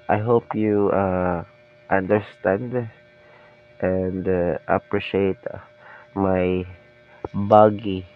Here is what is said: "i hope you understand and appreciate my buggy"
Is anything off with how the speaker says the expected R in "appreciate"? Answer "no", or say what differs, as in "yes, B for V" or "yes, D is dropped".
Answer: no